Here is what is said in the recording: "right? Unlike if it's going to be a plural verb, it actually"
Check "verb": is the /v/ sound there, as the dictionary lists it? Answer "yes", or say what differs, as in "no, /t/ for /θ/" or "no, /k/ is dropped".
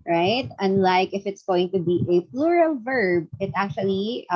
yes